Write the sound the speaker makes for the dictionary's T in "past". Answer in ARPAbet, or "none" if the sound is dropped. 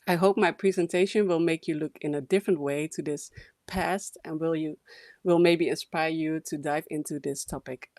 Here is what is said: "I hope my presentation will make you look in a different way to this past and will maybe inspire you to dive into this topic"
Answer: T